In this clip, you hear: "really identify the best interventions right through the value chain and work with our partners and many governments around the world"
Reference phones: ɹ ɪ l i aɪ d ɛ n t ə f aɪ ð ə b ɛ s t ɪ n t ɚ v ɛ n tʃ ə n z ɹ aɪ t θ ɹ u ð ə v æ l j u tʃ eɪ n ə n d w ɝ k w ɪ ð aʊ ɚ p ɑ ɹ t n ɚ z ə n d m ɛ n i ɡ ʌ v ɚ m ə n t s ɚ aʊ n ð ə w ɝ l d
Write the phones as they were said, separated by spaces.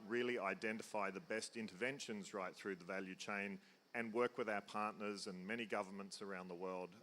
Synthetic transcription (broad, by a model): ɹ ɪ l i aɪ d ɛ n t ə f aɪ ð ə b ɛ s t ɪ n t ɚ v ɛ n ʃ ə n z ɹ aɪ t θ ɹ u ð ə v æ l j u tʃ eɪ n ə n w ɝ k w ɪ ð aʊ ɚ p ɑ ɹ t n ɚ z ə n m ɛ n i ɡ ʌ v ɚ m ə n t s ɚ aʊ n ð ə w ɝ l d